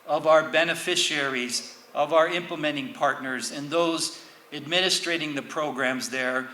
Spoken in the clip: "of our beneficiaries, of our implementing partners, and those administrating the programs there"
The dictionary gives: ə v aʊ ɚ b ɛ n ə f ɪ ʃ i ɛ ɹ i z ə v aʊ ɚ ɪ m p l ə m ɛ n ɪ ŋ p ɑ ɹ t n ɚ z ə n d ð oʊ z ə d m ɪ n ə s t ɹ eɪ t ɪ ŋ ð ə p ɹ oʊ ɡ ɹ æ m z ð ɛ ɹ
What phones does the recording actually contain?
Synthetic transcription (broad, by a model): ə v aʊ ɚ b ɛ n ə f ɪ ʃ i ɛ ɹ i z ə v aʊ ɚ ɪ m p l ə m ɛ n ɪ ŋ p ɑ ɹ t n ɚ z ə n ð oʊ z ə d m ɪ n ə s t ɹ eɪ t ɪ ŋ ð ə p ɹ oʊ ɡ ɹ æ m z ð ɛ ɹ